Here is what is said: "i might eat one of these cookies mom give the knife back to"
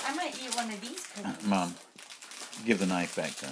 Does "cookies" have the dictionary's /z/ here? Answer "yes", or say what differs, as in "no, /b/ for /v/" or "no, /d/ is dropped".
no, /z/ is dropped